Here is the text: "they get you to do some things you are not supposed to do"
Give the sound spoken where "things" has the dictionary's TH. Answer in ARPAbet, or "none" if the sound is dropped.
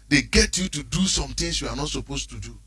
T